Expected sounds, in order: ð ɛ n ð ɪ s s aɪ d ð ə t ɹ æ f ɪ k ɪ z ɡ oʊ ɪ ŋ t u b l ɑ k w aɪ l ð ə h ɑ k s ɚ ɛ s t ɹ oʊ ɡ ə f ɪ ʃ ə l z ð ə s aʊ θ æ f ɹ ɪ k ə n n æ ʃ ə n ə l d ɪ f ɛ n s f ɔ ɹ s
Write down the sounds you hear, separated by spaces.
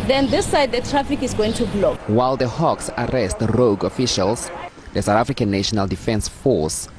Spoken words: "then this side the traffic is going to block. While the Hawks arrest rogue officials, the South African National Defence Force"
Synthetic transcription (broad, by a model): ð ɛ n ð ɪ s s aɪ d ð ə t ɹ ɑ f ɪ k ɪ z ɡ oʊ ɪ ŋ t u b l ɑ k w aɪ l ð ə h ɑ k s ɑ ɛ s t ɹ oʊ ɡ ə f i ʃ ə l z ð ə s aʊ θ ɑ f ɹ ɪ k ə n n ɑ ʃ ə n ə l d ɪ f ɛ n s f ɔ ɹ s